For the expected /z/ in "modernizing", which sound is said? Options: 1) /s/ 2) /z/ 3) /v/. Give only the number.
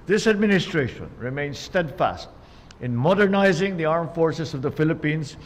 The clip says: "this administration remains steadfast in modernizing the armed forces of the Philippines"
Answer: 2